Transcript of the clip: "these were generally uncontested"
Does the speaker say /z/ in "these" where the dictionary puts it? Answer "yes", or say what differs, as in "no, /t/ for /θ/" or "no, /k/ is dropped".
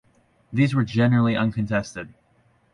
yes